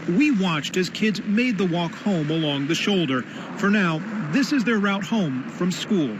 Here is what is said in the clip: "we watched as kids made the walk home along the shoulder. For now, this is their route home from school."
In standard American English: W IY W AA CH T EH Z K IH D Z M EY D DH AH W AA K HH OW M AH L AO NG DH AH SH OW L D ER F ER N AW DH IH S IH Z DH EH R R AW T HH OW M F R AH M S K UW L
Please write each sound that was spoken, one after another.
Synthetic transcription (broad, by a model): W IY W AA CH T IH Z K IH D Z M EY D DH AH W AA K HH OW M AH L AO NG DH AH SH OW L D ER F ER N AW DH IH S IH Z DH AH R R AW T HH OW M F R AH M S K UW L